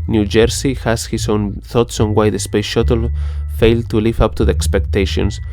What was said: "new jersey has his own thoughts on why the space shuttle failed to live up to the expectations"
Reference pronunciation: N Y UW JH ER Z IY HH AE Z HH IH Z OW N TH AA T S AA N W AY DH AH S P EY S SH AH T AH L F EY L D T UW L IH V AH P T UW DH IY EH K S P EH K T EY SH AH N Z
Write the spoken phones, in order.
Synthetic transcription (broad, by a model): N Y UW JH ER S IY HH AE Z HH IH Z OW N TH AA T S AA N W AY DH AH S P EY S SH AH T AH L F EY L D T UW L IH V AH P T UW DH IY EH K S P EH K T EY SH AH N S